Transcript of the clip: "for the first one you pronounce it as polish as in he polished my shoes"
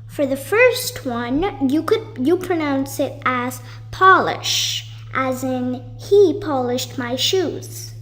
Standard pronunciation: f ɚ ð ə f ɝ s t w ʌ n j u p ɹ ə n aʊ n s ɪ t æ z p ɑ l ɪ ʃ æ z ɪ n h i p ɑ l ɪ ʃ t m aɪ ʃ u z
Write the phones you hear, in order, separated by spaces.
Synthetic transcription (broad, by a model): f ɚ ð ə f ɝ s t w ʌ n j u p ɹ ə n aʊ n s ɪ t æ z p ɑ l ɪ ʃ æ z ɪ n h i p ɑ l ɪ ʃ t m aɪ ʃ u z